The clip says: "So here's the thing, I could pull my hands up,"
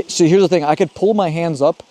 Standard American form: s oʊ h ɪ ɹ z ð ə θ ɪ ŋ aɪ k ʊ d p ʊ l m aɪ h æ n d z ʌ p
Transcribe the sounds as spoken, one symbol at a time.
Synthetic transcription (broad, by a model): s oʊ h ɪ ɹ z ð ə θ ɪ ŋ aɪ k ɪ d p ʊ l m aɪ h æ n d z ʌ p